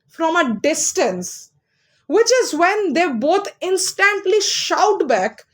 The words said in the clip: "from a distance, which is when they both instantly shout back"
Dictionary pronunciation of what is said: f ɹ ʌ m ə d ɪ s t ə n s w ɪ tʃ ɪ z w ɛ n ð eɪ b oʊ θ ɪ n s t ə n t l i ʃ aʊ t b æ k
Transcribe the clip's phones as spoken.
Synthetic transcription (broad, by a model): f ɹ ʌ m ə d ɪ s t ə n s w ɪ tʃ ɪ z w ɛ n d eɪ b oʊ t ɪ n s t ə n t l i ʃ aʊ t b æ k